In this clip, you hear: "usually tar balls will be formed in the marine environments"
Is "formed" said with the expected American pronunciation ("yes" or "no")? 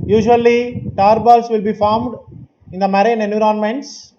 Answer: yes